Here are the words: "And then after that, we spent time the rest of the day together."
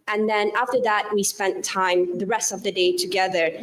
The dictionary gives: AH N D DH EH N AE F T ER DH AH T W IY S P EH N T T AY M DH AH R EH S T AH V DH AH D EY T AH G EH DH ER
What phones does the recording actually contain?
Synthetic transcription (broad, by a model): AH N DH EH N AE F T ER DH AH T W IY S P EH N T T AY M DH AH R EH S T AH V DH AH D EY T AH G EH DH ER